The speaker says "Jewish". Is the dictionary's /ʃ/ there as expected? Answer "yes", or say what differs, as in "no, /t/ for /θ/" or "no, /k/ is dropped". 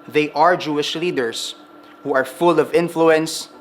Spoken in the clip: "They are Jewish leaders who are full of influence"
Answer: yes